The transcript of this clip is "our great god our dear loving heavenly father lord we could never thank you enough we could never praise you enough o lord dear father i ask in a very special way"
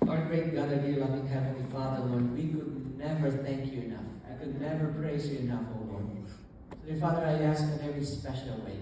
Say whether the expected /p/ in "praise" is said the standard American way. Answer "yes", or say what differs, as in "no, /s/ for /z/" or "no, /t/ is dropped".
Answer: yes